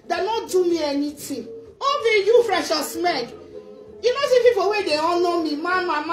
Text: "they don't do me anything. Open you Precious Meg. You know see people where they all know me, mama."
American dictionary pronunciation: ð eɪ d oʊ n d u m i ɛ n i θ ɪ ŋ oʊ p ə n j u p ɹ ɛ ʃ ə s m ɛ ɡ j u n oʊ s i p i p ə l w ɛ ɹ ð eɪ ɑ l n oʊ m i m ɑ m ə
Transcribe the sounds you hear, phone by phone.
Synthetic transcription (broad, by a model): d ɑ n d u m i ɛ n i t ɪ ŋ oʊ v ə j u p ɹ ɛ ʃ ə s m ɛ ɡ j u n oʊ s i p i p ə w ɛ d eɪ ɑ n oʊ m i m ɑ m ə